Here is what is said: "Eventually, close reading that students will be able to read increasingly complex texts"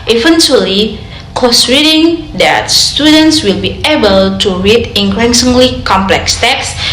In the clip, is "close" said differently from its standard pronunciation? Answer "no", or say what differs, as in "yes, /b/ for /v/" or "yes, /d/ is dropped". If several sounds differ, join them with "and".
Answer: yes, /l/ is dropped